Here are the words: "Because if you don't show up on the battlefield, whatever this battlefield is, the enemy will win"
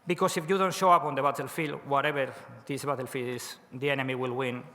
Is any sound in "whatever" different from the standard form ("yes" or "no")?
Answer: yes